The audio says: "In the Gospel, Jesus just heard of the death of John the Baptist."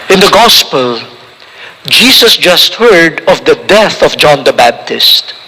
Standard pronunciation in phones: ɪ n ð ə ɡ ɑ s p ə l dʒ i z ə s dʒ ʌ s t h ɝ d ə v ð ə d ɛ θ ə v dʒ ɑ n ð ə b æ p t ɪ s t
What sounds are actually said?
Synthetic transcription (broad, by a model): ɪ n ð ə ɡ ɑ s p ə l dʒ i s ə s dʒ ʌ s t h ɝ d ə v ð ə d ɛ θ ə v dʒ ɑ n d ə b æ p t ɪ s t